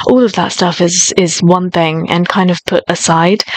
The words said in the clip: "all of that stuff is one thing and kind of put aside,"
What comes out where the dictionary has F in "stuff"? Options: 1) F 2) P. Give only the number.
1